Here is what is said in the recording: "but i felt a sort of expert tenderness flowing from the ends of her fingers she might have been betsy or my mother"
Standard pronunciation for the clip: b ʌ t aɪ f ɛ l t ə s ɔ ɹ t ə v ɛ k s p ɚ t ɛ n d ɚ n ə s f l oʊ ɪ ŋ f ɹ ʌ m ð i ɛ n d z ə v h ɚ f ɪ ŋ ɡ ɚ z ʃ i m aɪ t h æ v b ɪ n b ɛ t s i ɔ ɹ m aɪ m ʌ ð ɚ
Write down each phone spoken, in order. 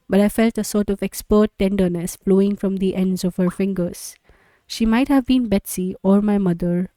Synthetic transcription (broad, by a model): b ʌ t aɪ f ɛ l t ə s ɔ ɹ t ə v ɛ k s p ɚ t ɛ n d ɚ n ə s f l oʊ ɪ ŋ f ɹ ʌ m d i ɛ n d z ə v h ɚ f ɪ ŋ ɡ ɚ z ʃ i m aɪ t h æ v b ɪ n b ɛ t s i ɔ ɹ m aɪ m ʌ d ɚ